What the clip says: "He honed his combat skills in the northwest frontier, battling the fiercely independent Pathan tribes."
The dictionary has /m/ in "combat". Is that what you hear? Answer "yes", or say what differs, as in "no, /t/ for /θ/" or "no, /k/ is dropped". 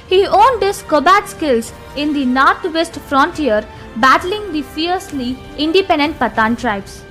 no, /m/ is dropped